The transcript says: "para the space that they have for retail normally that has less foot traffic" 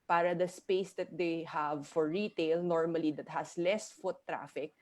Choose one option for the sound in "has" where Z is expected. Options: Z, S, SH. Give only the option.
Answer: S